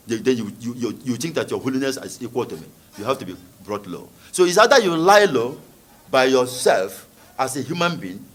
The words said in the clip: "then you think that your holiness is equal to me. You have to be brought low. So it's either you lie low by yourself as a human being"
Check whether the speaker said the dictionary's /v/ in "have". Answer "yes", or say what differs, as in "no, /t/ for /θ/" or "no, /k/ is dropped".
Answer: no, /f/ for /v/